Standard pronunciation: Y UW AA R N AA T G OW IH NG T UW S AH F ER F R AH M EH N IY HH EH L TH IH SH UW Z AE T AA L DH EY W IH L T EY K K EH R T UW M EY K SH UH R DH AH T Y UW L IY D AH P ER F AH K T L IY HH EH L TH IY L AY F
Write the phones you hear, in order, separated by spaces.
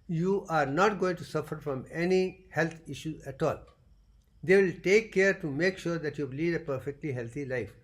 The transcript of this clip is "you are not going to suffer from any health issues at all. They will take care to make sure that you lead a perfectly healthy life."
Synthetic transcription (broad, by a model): Y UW AA R N AA T G OW IH NG T UW S AH F ER F R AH M EH N IY HH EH L T IH SH UW Z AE T AA L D EY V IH L T EY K K EH R T UW M EY K SH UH R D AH T Y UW L IY D AH P ER F AH K T L IY HH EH L T IY L AY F